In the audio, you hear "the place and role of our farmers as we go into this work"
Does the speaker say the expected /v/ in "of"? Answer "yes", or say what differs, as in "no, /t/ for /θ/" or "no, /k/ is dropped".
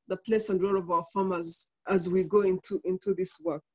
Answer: yes